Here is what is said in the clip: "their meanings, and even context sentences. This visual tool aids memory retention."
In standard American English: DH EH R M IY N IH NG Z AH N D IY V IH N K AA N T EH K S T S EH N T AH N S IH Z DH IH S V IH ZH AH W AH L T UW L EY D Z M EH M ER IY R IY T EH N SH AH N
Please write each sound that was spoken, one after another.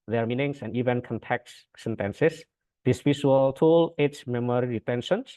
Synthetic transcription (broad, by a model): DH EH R M IY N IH NG S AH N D IY V IH N K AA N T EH K T S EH N T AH N S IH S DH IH S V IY SH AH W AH L T UW L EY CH M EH M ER IY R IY T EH N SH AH N